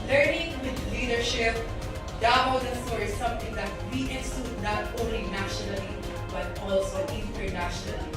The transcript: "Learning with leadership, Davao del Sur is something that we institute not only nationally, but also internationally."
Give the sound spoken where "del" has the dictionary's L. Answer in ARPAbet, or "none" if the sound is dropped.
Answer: N